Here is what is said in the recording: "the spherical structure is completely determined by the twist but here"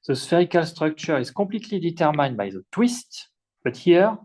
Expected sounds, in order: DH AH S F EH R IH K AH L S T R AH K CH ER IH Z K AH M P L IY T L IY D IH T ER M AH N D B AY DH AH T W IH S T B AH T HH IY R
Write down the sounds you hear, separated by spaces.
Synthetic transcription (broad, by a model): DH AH S F EH R IH K AH L S T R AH K CH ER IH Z K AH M P L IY T L IY D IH T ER M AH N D B AY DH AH T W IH S T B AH T HH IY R